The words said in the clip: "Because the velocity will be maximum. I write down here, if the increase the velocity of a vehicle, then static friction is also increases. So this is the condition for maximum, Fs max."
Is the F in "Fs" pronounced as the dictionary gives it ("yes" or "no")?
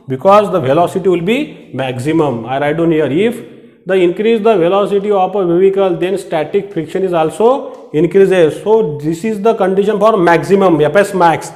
no